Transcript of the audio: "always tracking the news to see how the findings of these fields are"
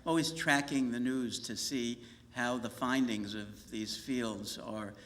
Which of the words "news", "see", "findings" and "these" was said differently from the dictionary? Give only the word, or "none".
none